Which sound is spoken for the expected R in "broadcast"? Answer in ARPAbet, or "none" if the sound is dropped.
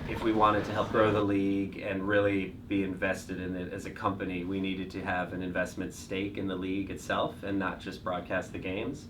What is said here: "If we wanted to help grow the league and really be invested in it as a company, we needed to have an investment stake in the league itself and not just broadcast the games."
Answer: R